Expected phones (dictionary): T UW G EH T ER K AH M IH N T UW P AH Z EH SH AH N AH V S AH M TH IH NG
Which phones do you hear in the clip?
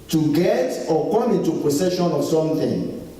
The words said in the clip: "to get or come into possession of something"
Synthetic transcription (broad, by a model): T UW G EH T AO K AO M IH N T UW P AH S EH SH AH N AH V S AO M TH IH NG